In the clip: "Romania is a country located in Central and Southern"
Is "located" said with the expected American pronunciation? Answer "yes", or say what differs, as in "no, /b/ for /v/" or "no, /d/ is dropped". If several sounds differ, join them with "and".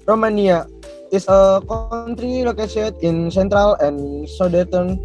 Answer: no, /s/ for /t/